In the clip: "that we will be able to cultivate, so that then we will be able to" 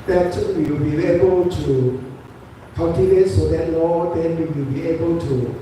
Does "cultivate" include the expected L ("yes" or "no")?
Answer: no